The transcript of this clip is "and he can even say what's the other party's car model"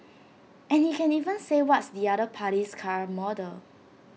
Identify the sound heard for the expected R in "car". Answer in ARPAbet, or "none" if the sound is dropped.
R